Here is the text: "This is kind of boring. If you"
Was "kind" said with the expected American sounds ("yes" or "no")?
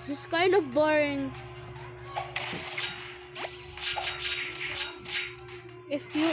no